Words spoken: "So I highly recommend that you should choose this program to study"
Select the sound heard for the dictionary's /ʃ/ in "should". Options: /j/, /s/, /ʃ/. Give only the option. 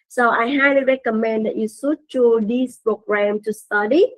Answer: /s/